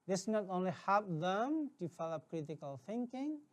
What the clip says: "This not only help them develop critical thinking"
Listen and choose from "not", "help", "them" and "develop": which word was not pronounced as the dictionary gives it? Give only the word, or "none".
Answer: develop